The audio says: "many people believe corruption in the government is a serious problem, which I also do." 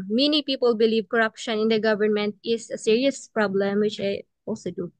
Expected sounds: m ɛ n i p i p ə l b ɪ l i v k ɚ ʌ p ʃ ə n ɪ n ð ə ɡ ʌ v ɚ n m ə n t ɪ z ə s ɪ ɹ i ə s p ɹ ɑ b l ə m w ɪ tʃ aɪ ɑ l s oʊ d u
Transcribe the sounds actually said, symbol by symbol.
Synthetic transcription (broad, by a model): m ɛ n i p i p ə l b ɪ l i v k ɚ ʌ p ʃ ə n ɪ n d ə ɡ ʌ v ɚ n m ə n t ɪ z ə s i ɹ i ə s p ɹ ɑ b l ə m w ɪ tʃ aɪ ɑ l s oʊ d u